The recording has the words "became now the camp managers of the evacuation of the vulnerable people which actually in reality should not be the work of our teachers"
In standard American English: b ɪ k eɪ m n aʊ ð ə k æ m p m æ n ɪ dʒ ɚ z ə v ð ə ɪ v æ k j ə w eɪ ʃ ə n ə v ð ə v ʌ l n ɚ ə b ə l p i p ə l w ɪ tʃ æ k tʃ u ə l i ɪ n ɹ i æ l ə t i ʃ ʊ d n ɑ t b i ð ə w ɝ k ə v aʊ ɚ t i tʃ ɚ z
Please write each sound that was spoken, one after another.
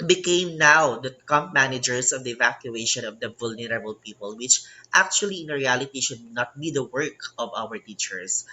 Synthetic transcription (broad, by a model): b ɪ k eɪ m n aʊ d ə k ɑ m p m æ n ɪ dʒ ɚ s ə v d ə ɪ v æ k j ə eɪ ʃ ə n ə v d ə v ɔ l n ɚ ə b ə l p i p ə l w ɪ tʃ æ k tʃ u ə l i ɪ n ɹ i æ l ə t i ʃ ʊ d n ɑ t b i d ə w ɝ k ə v aʊ ɚ t i tʃ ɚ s